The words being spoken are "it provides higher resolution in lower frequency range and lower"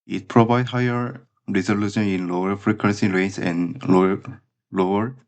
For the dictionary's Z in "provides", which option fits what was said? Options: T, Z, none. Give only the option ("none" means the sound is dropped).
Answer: none